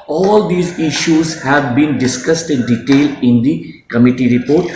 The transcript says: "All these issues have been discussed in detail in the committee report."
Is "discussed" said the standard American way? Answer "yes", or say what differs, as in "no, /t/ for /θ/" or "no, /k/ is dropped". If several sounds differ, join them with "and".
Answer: yes